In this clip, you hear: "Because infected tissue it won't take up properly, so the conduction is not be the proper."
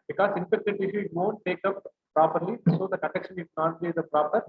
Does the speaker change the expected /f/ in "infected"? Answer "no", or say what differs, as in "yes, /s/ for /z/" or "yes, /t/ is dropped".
yes, /p/ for /f/